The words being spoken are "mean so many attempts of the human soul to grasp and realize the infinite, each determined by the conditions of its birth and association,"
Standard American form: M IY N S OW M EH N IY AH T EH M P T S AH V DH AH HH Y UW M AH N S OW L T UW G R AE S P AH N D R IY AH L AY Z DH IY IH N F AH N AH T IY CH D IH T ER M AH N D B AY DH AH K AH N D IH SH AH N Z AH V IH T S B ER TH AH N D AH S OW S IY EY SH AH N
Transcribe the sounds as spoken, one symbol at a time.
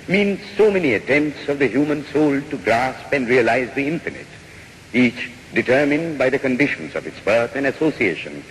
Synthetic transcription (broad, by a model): M IY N S OW M EH N IY AH T EH M P T S AH V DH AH HH Y UW M AH N S OW L T UW G R AE S P AH N D R IY AH L AY Z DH IY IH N F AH N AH T IY CH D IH T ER M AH N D B AY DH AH K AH N D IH SH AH N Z AH V IH T S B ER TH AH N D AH S OW S IY EY SH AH N